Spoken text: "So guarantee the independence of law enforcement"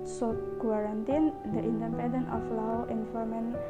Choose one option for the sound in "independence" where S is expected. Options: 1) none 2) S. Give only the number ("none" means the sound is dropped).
1